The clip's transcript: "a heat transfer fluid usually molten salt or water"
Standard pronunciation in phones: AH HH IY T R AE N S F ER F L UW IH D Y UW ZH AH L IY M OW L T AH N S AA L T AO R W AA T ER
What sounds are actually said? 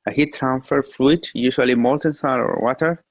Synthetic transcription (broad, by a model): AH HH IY T R AE N S F ER F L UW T Y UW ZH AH L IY M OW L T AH N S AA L AO R W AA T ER